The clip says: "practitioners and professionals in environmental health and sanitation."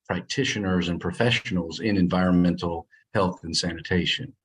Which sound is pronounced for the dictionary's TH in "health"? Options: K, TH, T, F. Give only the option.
TH